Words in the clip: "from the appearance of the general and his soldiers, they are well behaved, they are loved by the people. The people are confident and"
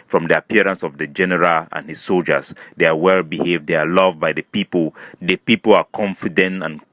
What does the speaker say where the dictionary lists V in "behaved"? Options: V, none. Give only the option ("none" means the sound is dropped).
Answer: V